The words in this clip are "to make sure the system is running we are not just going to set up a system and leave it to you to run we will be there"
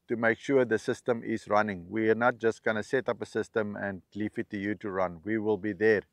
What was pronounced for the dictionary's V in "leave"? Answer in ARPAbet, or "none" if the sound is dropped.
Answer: F